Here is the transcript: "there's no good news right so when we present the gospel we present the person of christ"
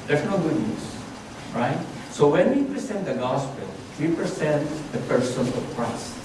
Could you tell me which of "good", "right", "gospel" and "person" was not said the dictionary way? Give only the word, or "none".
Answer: none